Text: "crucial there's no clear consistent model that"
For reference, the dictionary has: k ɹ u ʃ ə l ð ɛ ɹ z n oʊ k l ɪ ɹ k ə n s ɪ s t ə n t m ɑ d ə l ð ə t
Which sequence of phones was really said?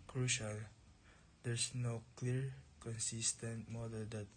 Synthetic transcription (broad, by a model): k ɹ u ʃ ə l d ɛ ɹ s n oʊ k l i ɹ k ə n s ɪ s t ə n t m ɑ d ə l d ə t